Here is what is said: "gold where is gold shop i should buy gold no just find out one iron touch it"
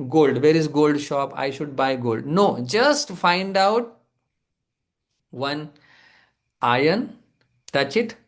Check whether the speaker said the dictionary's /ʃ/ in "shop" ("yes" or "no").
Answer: yes